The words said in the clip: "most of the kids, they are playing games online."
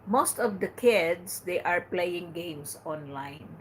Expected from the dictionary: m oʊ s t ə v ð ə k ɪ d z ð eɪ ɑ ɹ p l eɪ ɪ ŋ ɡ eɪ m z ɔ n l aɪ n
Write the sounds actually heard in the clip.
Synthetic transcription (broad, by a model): m oʊ s t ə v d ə k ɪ d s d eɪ ɑ ɹ p l eɪ ɪ ŋ ɡ eɪ m s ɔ n l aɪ n